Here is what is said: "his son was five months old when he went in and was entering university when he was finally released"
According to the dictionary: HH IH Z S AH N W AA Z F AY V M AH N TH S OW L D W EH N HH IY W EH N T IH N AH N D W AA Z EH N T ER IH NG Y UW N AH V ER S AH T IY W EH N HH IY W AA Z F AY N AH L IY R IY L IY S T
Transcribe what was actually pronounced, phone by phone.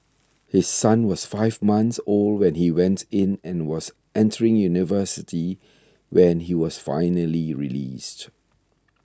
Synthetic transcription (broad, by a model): HH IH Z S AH N W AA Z F AY V M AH N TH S OW L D W EH N HH IY W EH N T IH N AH N W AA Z EH N T ER IH NG Y UW N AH V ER S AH T IY W EH N HH IY W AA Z F AY N AH L IY R IY L IY S T